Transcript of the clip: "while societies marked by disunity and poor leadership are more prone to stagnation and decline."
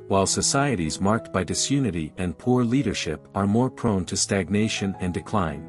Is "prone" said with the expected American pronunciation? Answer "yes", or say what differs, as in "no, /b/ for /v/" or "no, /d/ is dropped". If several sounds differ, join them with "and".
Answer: yes